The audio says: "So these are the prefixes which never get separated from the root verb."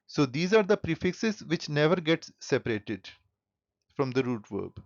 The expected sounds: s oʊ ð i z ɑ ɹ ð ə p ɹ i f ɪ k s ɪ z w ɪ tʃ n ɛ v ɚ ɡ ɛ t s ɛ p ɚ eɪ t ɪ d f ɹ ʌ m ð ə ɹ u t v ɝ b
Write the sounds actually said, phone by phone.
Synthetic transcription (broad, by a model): s oʊ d i z ɑ ɹ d ə p ɹ i f ɪ k s ɪ z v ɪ tʃ n ɛ v ɚ ɡ ɛ t s ɛ p ɚ eɪ t ɪ d f ɹ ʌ m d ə ɹ u t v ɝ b